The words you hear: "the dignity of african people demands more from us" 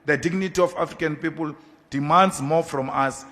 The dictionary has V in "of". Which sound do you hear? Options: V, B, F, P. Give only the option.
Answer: F